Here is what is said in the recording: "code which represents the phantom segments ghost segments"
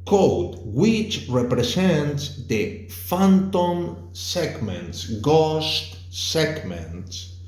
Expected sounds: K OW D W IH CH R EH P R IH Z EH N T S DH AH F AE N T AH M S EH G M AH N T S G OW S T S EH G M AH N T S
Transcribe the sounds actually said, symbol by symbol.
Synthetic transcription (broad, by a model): K OW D W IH CH R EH P R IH S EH N T S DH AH F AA N T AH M S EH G M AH N T S G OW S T S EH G M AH N T S